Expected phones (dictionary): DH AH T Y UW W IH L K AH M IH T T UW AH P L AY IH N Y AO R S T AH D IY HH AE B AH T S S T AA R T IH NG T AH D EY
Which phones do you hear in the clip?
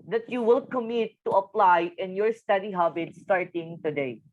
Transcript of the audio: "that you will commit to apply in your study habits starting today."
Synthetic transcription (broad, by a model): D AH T Y UW W IH L K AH M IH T T UW AH P L AY IH N Y AO R S T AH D IY HH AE B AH T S S T AA R T IH NG T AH D EY